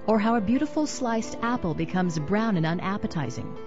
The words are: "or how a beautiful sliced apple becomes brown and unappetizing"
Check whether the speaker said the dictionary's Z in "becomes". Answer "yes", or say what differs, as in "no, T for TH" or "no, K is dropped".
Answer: yes